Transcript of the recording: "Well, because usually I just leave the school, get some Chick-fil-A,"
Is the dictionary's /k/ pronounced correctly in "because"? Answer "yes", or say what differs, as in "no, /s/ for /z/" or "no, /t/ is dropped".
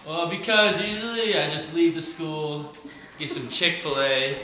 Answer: yes